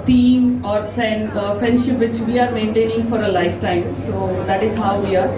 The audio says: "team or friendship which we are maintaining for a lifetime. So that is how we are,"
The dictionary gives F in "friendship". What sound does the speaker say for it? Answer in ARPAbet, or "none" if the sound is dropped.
F